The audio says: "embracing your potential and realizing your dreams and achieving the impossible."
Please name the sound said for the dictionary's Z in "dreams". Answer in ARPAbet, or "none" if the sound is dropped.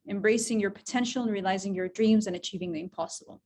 Z